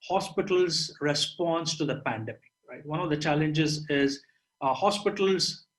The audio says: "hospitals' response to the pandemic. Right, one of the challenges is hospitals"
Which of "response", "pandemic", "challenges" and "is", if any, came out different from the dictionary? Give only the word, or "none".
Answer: none